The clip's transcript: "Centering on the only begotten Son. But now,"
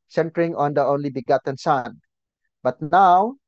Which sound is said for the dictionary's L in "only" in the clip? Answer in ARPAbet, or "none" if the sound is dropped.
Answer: L